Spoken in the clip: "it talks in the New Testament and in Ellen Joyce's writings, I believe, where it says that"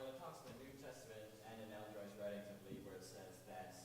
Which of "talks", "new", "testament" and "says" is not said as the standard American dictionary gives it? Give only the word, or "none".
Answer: none